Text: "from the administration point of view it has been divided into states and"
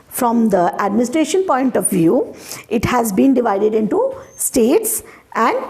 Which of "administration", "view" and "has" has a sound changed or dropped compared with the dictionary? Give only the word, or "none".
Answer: none